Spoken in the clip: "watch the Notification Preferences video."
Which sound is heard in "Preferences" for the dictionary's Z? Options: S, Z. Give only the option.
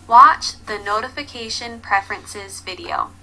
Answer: Z